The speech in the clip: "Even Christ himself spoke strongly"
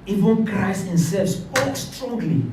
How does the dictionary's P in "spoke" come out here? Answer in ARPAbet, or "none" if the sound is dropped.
none